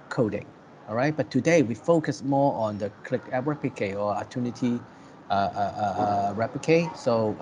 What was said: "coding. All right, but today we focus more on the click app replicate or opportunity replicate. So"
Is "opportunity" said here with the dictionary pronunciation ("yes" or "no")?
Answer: no